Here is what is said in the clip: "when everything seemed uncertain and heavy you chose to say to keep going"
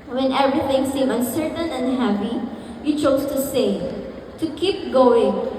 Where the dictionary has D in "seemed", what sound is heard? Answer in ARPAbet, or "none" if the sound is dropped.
none